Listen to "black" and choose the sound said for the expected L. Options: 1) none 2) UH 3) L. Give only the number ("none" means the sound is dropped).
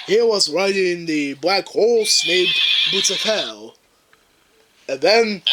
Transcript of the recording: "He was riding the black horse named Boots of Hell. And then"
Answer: 3